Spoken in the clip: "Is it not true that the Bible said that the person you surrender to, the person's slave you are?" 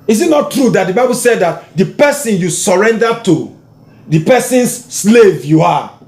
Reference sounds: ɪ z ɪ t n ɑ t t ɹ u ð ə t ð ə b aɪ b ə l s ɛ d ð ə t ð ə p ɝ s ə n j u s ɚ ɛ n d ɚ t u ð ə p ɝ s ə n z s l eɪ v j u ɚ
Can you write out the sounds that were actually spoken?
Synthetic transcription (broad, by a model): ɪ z ɪ t n ɑ t t ɹ u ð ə t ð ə b aɪ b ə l s ɛ d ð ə t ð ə p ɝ s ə n j u s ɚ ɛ n d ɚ t u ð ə p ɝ s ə n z s l eɪ v j u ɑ